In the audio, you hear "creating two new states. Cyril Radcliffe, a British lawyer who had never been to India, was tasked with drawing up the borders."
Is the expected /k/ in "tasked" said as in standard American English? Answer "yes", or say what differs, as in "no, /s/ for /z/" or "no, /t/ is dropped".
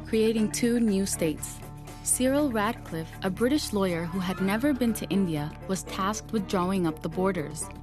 yes